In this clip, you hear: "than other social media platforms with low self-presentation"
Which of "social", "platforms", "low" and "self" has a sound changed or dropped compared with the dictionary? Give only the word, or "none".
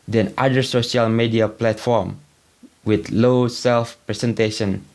platforms